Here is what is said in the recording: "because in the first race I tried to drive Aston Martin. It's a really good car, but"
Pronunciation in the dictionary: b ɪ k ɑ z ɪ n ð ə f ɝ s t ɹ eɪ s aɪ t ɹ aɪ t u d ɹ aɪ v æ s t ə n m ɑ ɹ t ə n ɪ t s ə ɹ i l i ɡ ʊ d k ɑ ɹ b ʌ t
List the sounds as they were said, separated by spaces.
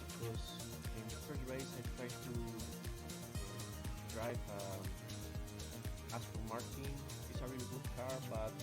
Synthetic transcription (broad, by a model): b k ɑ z ɪ n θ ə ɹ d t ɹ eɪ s aɪ t ɹ aɪ t u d ɹ aɪ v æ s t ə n m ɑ ɹ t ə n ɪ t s ə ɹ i i ɡ ʊ d k ɑ ɹ b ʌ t